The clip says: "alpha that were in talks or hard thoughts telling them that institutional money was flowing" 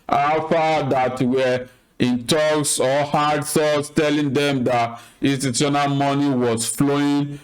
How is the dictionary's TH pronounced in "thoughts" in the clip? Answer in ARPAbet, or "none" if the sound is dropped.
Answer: S